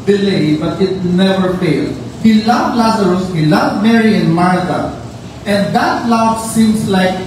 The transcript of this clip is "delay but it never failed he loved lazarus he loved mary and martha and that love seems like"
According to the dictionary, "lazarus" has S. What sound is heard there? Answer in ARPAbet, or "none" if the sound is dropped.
S